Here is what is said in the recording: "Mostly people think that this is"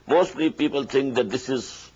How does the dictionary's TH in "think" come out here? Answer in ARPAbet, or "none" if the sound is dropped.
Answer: T